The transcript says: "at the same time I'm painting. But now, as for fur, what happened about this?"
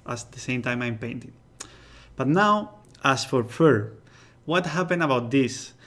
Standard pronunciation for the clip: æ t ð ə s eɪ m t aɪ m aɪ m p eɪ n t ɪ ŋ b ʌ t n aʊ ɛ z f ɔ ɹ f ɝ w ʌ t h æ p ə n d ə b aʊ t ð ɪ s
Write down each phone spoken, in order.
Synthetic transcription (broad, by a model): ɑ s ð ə s eɪ m t aɪ m aɪ m p eɪ n t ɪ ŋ b ʌ t n aʊ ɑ s f ɔ ɹ f ɝ w ʌ t h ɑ p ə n ə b aʊ t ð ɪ s